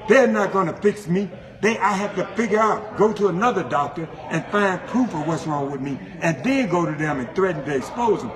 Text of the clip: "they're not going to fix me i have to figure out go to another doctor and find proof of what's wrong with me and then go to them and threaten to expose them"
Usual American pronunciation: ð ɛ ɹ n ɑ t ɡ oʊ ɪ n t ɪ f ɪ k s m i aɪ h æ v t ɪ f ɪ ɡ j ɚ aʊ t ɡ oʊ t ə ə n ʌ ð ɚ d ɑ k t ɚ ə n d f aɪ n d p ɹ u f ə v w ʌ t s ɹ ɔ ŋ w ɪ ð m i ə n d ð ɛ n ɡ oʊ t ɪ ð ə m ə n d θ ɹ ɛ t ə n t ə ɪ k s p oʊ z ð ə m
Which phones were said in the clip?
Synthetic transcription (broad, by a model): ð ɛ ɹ n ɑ t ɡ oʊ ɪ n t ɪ f ɪ k s m i aɪ h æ f t ɪ f ɪ ɡ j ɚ aʊ t ɡ oʊ t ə ə n ʌ ð ɚ d ɑ k t ɚ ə n f aɪ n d p ɹ u f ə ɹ w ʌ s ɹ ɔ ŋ w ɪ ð m i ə n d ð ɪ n ɡ oʊ t ɪ ð ə m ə n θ ɹ ɛ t n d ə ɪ s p oʊ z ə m